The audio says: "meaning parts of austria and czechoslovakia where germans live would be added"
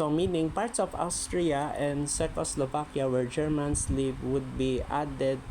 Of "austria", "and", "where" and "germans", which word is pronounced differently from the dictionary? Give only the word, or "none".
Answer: germans